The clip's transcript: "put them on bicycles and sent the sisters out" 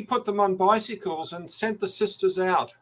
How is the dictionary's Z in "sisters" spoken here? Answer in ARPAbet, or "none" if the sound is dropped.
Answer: Z